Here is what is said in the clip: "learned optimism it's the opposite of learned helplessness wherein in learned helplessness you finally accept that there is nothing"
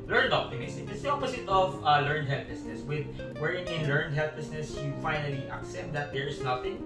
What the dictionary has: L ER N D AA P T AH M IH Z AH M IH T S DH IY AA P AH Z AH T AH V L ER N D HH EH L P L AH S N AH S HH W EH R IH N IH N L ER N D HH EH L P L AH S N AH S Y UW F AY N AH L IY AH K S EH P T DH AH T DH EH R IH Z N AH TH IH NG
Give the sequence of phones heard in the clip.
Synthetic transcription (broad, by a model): L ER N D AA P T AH M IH S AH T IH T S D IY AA P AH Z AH T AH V L ER N D HH EH L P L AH S N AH S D W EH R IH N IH L ER N D HH EH L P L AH S N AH S Y UW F AY N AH L IY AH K S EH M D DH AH T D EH R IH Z N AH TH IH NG